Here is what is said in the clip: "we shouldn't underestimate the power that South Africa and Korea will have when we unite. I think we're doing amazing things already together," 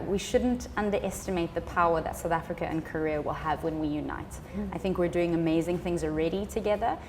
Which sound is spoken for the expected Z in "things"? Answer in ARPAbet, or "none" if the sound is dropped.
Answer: Z